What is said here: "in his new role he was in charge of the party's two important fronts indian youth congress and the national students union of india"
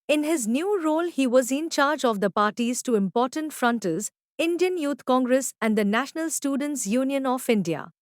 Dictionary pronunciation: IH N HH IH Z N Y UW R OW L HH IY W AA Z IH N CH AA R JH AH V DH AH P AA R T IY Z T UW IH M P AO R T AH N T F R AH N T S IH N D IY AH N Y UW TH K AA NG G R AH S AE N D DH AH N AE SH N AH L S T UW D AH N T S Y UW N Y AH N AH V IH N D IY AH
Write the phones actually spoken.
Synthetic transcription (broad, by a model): IH N HH IH Z N Y UW R OW L HH IY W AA Z IH N CH AA R JH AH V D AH P AA R T IY Z T UW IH M P AO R T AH N T F R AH N T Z IH N D IY AH N Y UW T K AA NG G R AH S AE N D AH N AE SH N AH L S T UW D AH N T S Y UW N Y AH N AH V IH N D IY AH